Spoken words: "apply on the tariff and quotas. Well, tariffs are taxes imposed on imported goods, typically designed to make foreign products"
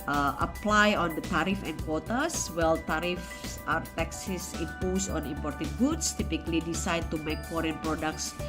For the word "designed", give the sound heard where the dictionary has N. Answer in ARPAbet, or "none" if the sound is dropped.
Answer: none